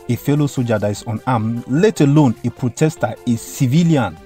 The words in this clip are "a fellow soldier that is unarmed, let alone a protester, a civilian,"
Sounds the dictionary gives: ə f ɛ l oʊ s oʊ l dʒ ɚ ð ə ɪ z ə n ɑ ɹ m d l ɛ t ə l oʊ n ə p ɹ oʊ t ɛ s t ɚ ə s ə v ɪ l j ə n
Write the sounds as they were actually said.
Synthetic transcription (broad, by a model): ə f ɛ l oʊ s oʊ dʒ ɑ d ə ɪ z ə n ɑ m l ɛ t ə l oʊ n ə p ɹ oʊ t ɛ s t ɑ ə s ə v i l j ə n